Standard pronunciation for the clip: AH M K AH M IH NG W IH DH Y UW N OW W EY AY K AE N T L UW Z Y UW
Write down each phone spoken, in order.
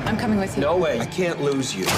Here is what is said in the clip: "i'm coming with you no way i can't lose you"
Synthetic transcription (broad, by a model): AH M K AH M IH NG W IH DH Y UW N OW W EY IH K AE N T L UW Z Y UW